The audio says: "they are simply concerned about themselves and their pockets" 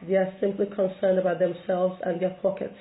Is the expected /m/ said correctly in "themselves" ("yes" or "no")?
yes